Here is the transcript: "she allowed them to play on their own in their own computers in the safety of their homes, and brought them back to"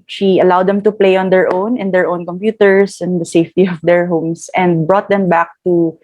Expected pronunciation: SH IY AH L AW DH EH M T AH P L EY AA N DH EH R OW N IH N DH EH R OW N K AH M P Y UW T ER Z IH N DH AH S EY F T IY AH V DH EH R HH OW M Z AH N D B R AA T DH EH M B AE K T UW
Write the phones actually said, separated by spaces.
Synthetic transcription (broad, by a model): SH IY AH L AW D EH M T AH P L EY AA N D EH R OW N IH N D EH R OW N K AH M P Y UW T ER S IH N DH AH S EY F T IY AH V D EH R HH OW M S AH N D B R AA T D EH M B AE K T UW